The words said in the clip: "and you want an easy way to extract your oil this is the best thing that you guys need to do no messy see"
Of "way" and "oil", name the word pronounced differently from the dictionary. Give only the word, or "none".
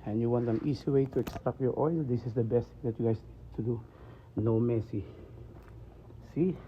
none